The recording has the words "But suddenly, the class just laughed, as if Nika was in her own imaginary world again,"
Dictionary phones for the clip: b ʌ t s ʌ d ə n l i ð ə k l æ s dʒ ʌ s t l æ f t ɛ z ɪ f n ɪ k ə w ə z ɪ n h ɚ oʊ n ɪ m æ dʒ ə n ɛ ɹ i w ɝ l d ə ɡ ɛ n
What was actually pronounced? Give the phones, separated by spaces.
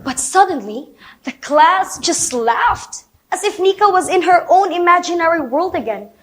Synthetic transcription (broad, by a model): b ʌ t s ʌ d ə n l i ð ə k l æ s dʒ ʌ s t l æ f t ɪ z ɪ f n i k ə w ə z ɪ n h ɚ oʊ n ɪ m æ dʒ ə n ɛ ɹ i w ɝ l d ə ɡ ɛ n